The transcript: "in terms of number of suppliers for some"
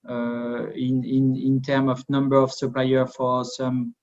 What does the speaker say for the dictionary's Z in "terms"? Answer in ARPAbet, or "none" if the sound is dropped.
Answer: none